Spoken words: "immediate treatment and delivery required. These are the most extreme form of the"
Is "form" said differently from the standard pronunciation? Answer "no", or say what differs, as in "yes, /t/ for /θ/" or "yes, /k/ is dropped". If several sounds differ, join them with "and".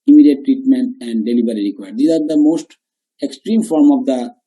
no